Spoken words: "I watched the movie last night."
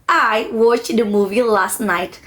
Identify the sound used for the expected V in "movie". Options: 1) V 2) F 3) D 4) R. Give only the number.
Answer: 1